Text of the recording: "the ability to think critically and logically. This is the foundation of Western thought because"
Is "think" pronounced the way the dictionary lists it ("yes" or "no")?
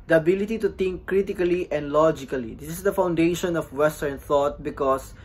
no